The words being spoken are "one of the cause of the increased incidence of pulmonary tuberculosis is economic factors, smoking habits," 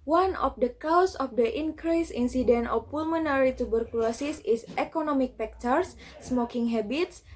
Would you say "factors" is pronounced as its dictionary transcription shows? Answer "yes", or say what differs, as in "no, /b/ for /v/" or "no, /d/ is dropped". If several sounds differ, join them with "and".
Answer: no, /p/ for /f/